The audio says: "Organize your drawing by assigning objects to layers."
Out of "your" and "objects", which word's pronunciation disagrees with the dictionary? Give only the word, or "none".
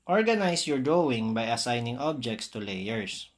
none